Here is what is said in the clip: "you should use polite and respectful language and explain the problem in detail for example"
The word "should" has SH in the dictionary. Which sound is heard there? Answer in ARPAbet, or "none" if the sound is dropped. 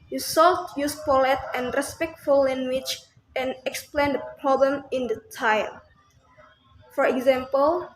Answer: S